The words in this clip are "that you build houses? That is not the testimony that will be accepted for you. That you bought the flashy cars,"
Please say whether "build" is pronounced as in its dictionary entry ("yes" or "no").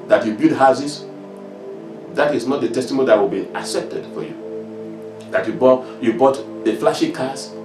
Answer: no